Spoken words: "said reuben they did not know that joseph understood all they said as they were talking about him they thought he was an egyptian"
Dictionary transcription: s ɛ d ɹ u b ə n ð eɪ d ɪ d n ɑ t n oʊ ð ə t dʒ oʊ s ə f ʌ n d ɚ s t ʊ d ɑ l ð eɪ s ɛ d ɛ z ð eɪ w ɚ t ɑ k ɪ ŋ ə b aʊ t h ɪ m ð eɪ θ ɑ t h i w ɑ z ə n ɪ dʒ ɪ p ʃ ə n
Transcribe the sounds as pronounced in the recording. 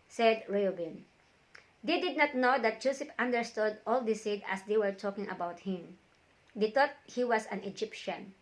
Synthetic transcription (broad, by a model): s ɛ d ɹ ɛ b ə n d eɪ d ɪ d n ɑ t n oʊ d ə t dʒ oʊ s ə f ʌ n d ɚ s t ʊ d ɑ l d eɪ s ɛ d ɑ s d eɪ w ɚ t ɑ k ɪ ŋ ə b aʊ t h ɪ m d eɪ t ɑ t h i w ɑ s ə n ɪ dʒ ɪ p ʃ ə n